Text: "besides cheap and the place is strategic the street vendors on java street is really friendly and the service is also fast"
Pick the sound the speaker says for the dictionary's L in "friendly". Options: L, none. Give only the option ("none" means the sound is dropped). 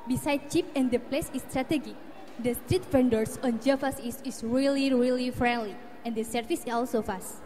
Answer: L